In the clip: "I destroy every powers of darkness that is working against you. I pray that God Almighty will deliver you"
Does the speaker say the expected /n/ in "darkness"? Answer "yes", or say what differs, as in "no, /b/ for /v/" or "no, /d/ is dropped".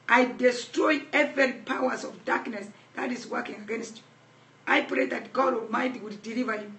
yes